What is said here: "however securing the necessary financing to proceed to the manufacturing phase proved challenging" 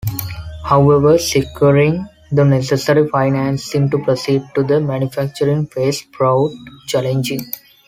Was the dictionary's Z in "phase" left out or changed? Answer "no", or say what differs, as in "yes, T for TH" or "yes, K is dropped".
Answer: yes, S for Z